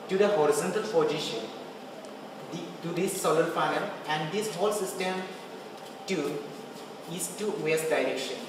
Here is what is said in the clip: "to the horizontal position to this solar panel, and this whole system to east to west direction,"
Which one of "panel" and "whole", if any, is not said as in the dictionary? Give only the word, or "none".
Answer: panel